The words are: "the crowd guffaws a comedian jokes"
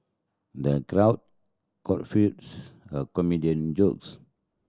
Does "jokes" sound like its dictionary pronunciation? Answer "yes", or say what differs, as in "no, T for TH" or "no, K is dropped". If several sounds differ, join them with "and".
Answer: yes